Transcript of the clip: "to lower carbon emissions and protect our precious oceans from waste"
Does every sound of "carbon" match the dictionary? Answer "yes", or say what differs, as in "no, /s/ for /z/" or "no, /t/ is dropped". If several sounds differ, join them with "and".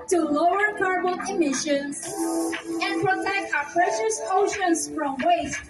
no, /l/ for /n/